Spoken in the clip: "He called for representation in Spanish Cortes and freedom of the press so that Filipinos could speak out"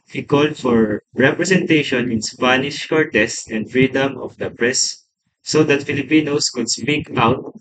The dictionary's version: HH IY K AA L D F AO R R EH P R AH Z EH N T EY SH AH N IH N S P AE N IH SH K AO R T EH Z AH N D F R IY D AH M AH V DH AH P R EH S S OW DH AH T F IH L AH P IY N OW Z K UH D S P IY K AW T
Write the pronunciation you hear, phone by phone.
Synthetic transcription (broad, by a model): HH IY K AA L D F AO R R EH P R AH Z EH N T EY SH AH N IH N S P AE N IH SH K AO R T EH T AH N D F R IY D AH M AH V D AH P R EH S S OW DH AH T F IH L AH P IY N OW S K UH D S P IY K AW T